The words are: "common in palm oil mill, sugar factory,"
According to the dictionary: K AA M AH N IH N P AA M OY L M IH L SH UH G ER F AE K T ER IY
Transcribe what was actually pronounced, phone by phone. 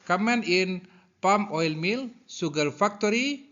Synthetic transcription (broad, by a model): K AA M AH N IH N P AA M OY L M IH L S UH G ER F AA K T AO IY